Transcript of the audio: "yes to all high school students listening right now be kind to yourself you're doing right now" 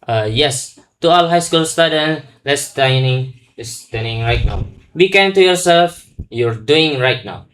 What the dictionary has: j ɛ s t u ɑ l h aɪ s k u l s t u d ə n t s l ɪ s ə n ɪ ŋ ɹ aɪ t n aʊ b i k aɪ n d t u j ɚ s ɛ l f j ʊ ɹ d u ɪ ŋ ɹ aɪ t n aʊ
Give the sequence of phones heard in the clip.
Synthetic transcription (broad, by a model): j ɛ s t u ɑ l h aɪ s k u l s t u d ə n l s n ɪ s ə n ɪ ŋ ɹ aɪ t n aʊ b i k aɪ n t u j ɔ s ɛ l f j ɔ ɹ d u ɪ ŋ ɹ aɪ t n aʊ